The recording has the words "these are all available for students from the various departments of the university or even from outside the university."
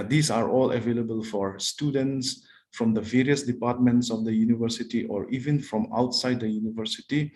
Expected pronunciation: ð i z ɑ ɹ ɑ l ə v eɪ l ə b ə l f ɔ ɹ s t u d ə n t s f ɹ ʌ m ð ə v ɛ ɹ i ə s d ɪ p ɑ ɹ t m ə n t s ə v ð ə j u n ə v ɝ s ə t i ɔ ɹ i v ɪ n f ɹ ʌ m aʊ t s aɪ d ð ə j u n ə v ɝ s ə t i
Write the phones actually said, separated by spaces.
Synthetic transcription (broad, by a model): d i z ɑ ɹ ɑ l ə v eɪ l ə b ə l f ɔ ɹ s t u d ə n t s f ɹ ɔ m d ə v ɛ ɹ i ə s d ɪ p ɑ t m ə n t s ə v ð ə j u n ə v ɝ s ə t i ɔ ɹ i v ɪ n f ɹ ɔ m aʊ t s aɪ d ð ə j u n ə v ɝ s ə t i